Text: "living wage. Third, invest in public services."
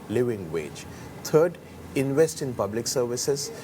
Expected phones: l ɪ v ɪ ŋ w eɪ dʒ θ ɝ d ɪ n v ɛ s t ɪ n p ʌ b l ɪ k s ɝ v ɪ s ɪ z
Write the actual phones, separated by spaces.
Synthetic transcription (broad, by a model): l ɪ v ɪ ŋ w eɪ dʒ t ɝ d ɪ n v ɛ s t ɪ n p ʌ b l ɪ k s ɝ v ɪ s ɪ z